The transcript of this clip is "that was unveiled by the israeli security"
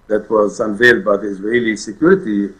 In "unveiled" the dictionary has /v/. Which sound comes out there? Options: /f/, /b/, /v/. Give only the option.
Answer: /v/